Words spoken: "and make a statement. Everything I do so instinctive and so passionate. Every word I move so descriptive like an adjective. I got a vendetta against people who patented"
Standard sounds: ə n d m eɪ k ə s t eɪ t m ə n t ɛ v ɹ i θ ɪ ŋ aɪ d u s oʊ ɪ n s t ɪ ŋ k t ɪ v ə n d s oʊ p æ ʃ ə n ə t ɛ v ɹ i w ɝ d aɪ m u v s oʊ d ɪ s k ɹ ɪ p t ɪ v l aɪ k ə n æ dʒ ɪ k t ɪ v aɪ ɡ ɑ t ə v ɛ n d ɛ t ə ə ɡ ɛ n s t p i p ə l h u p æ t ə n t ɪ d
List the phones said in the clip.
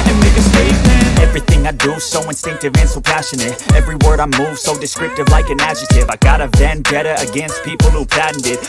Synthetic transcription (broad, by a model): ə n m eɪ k ə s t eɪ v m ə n ɛ v ɹ i θ ɪ ŋ aɪ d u s oʊ ɪ n s t ɪ ŋ k t ɪ v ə n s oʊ p æ ʃ ə n ə t ɛ v ɹ i w ɝ d aɪ m u v s oʊ d ɪ s k ɹ ɪ p t ɪ v l aɪ k ə n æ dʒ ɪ t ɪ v aɪ ɡ ɑ t ə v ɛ n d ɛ t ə ə ɡ ɛ n s t p i p l h u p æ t n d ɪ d